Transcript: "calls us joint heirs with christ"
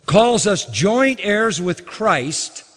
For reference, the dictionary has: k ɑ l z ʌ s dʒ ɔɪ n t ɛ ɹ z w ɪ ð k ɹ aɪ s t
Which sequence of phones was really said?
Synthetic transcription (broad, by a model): k ɑ l z ʌ s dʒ ɔɪ n t ɛ ɹ z w ɪ ð k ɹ aɪ s t